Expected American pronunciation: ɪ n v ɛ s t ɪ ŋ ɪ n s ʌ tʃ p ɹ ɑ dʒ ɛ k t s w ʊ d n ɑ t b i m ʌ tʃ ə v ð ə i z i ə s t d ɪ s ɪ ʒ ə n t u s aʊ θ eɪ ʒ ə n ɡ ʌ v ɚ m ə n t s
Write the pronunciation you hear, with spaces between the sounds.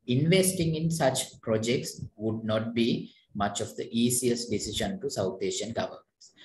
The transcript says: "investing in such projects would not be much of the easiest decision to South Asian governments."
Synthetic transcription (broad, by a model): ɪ n v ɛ s t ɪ ŋ ɪ n s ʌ tʃ p ɹ ɑ dʒ ɛ k t s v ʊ d n ɑ t b i m ʌ tʃ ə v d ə i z i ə s t d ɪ s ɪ ʃ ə n t u s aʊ t eɪ ʃ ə n ɡ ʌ v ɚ m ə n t s